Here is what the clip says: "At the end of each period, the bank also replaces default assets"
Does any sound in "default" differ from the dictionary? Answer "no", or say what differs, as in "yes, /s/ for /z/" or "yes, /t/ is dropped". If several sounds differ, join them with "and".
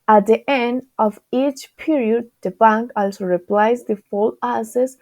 yes, /t/ is dropped